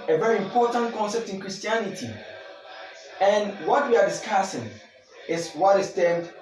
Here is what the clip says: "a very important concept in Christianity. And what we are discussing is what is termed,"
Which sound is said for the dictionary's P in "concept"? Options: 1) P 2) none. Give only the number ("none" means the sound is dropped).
1